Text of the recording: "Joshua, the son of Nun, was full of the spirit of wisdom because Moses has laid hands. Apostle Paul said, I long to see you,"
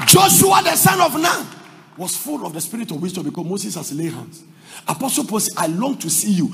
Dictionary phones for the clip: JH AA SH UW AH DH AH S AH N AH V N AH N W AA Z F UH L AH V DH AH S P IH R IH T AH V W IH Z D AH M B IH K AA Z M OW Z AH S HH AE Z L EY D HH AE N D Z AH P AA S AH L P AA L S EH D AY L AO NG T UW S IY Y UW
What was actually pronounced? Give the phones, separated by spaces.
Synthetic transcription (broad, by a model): JH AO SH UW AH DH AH S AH N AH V N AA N W AA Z F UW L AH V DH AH S P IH R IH T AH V W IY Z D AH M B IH K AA M OW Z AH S HH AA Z L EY HH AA N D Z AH P AA S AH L P AA L S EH AY L AO NG T UW S IY Y UW